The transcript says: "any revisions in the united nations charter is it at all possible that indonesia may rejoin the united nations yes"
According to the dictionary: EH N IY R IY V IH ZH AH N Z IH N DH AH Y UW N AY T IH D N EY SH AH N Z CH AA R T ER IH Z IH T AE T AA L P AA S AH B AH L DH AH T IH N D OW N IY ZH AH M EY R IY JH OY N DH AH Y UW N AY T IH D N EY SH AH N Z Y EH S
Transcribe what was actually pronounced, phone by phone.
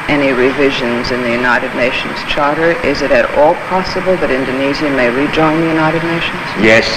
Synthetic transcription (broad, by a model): EH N IY R IY V IH ZH AH N Z IH N DH AH Y UW N AY T IH D N EY SH N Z CH AA R T ER IH Z IH T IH T AA L P AA S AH B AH L DH AH T IH N D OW N IY Z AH M EY R IY JH OY N DH AH Y UW N AY T IH D N EY SH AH N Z Y EH S